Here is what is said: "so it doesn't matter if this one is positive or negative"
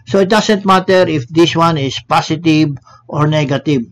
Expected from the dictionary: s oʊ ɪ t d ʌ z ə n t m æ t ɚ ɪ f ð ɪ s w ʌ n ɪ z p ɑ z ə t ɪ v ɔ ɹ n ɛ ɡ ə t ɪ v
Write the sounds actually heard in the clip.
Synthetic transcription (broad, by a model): s oʊ ɪ t d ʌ s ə n t m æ t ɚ ɪ f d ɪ s w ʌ n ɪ s p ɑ s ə t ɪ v ɔ ɹ n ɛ ɡ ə t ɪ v